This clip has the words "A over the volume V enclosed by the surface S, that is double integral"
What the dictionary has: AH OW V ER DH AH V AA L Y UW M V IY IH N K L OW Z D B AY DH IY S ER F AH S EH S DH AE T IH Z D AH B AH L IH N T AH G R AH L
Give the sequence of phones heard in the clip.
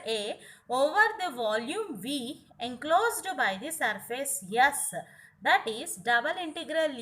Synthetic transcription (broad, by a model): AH OW V ER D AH V AA L Y UW M V IY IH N K L OW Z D B AY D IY S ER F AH S EH S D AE T IH Z D AH B AH L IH N T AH G R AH L